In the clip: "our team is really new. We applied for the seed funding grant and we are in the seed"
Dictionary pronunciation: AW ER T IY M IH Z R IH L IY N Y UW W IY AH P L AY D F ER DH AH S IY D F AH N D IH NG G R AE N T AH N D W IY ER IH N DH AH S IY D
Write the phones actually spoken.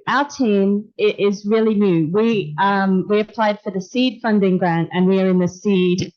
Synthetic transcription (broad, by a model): AW ER T IY M IH Z R IH L IY N Y UW W IY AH P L AY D F ER DH AH S IY D F AH N D IH NG G R AE N T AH N W IY ER IH N DH AH S IY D